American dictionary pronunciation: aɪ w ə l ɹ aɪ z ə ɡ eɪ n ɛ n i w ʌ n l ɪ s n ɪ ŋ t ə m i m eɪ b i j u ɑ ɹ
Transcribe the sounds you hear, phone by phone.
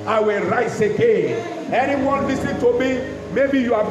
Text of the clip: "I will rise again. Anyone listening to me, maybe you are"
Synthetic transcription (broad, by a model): aɪ w ə l ɹ aɪ s ə ɡ eɪ n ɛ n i w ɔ n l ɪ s ɪ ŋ t ə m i m eɪ b i j u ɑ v